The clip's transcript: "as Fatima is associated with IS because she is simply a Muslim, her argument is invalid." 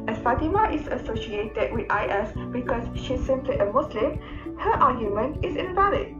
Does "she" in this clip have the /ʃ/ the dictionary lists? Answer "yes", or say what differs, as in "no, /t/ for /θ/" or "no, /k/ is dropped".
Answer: yes